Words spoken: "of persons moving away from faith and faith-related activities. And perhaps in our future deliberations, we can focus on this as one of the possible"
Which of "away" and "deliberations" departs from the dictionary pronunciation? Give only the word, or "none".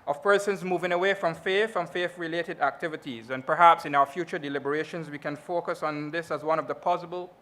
none